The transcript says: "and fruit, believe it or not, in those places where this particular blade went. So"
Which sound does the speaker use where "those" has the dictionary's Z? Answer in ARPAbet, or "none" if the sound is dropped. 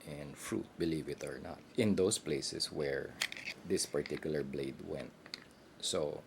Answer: S